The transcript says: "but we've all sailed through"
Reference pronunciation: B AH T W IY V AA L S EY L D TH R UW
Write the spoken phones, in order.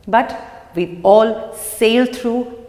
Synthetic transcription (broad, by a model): B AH T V IY AA L S EY L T R UW